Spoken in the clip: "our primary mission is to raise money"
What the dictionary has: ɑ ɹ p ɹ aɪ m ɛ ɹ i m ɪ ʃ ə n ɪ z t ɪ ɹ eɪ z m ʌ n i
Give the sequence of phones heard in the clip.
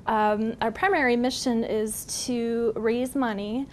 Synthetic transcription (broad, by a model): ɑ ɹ p ɹ aɪ m ɛ ɹ i m ɪ ʃ ə n ɪ z t ɪ ɹ eɪ z m ʌ n i